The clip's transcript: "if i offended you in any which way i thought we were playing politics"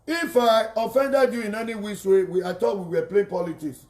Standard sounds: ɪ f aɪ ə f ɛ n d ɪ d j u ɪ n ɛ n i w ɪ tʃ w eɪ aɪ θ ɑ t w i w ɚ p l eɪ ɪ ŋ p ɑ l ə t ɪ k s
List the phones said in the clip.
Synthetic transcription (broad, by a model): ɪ f aɪ ə f ɛ n d ɪ d j u ɪ n ɛ n i w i s w eɪ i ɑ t w i w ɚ p l eɪ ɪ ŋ p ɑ l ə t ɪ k s